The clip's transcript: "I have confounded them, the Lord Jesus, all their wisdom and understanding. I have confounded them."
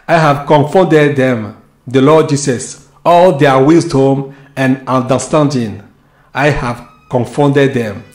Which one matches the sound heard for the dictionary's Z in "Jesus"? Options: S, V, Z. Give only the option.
S